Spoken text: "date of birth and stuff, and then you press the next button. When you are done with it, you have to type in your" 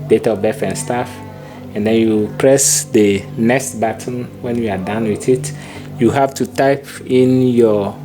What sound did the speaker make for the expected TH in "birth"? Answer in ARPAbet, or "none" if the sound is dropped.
F